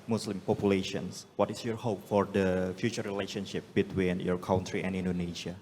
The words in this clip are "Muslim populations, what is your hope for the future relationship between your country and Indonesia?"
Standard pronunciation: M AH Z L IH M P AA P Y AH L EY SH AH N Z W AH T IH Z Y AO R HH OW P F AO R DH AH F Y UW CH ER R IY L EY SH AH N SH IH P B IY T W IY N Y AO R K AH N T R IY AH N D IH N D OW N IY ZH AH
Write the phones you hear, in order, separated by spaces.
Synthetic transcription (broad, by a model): M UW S L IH M P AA P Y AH L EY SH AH N S W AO T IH S Y AO R HH OW P F AO R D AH F Y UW CH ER R IY L EY SH AH N SH IH P B IY T W IY N Y AO R K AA N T R IY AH N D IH N D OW N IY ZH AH